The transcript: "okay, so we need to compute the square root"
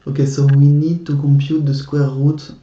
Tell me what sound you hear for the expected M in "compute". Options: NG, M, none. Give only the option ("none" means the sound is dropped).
none